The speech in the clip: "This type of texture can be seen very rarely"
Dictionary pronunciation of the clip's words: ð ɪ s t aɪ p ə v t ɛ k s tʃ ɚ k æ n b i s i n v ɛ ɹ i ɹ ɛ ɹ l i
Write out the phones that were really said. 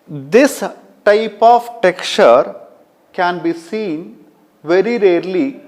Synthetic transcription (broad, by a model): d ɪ s t aɪ p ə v t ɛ k tʃ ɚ k æ n b i s i n v ɛ ɹ i ɹ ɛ ɹ l i